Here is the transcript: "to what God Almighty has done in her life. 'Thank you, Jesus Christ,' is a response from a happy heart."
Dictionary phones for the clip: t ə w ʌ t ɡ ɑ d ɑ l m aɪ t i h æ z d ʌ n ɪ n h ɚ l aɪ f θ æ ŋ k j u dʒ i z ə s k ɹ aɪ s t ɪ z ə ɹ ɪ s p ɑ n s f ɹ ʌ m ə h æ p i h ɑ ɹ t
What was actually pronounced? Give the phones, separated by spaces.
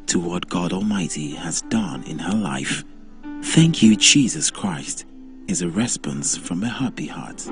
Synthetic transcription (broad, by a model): t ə w ʌ t ɡ ɑ d ɑ l m aɪ t i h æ z d ʌ n ɪ n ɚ l aɪ f θ æ ŋ k j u dʒ i z ə s k ɹ aɪ s t ɪ z ə ɹ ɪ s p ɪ n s f ɹ ʌ m ə h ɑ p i h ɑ ɹ t